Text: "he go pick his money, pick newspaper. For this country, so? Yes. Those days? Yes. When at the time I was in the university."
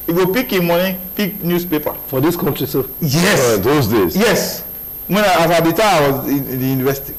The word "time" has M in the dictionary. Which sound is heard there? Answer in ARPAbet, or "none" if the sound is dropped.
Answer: none